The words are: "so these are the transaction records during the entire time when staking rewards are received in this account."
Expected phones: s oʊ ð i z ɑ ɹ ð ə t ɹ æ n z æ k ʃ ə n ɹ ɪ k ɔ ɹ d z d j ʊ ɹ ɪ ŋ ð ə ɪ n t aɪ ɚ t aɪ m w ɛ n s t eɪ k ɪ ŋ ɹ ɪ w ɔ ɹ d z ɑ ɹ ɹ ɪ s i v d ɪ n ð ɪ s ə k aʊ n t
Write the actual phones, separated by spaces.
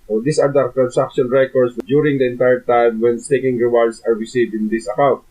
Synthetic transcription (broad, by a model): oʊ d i s ɑ ɹ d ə t ɹ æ n s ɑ k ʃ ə n ɹ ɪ k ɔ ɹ d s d j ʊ ɹ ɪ ŋ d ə ɪ n t aɪ ɚ t aɪ m w ɛ n s t eɪ k ɪ ŋ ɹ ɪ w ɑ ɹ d s ɑ ɹ ɹ ɪ s i v d ɪ n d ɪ s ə k aʊ n t